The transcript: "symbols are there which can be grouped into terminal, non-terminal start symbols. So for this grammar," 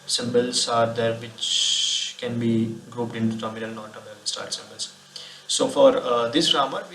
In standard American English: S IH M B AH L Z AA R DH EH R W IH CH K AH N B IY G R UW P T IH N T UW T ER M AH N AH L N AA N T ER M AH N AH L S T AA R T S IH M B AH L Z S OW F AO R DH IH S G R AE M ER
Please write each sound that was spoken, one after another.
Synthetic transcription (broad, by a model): S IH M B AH L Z AA R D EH R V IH CH K AH N B IY G R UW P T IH N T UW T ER M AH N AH L N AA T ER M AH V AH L S T AA R T S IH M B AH L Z S OW F AO R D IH S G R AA M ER